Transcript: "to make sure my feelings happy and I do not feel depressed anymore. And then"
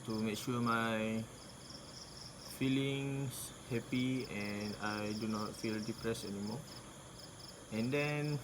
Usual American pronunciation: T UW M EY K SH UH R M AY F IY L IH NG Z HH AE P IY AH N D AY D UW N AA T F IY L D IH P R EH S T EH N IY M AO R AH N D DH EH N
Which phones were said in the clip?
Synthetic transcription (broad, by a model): T UW M EY K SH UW M AY F IY L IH NG S HH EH P IY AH N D AY D UW N AA T F IY L D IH P R EH S EH N IY M AO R AH N D EH N